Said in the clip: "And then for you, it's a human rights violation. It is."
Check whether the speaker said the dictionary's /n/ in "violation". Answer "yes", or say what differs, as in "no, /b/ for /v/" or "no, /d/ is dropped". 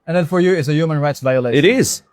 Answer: no, /n/ is dropped